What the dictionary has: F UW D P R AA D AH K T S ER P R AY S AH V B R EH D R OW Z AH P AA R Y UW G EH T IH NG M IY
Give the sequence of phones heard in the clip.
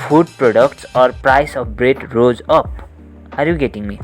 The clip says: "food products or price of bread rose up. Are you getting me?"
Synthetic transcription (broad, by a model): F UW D P R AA D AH K T S ER P R AY S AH P B R EH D R OW Z AH P AA R Y UW G EH T IH NG M IY